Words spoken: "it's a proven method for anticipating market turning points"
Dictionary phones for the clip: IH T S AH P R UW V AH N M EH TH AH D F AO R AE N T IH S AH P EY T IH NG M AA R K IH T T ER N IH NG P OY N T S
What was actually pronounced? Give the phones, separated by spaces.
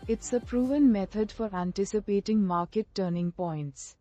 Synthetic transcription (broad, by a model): IH T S AH P R UW V AH N M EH T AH D F AO R AE N T IH S AH P EY T IH NG M AA R K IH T T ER N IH NG P OY N T S